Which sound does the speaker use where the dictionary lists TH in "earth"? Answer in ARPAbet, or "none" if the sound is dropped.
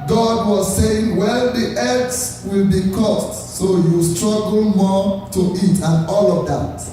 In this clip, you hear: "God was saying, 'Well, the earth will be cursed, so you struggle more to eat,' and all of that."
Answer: S